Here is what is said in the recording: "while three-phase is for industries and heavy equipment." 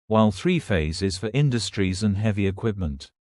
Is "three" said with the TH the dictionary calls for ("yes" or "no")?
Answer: yes